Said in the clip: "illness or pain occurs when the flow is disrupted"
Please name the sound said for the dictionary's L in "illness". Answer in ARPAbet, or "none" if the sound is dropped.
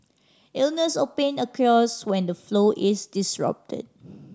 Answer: L